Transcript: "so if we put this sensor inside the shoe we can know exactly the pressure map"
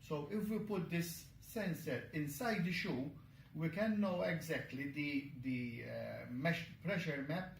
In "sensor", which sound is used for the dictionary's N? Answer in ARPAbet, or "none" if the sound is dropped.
N